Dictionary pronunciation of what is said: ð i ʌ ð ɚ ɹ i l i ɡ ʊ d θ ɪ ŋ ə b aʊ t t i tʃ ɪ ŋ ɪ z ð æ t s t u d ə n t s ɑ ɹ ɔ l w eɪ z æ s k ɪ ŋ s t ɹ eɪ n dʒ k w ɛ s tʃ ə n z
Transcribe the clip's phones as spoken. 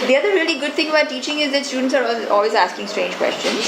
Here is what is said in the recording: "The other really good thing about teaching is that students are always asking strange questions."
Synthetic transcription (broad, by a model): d i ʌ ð ɚ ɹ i l i ɡ ʊ d t ɪ ŋ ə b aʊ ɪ t i tʃ ɪ ŋ ɪ z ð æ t s t u d ə n t s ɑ ɹ ɔ l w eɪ z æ s k ɪ ŋ s t ɹ eɪ n dʒ k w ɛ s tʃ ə n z